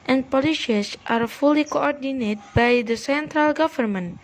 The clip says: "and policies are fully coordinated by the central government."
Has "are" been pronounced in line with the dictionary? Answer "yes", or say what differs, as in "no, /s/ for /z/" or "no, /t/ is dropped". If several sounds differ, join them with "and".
yes